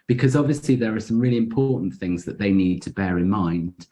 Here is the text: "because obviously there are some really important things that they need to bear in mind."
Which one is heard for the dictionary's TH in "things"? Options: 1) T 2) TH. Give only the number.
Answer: 2